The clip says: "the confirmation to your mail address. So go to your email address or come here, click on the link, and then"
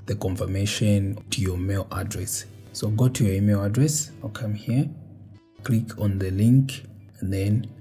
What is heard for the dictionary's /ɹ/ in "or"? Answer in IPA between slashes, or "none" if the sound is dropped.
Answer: /l/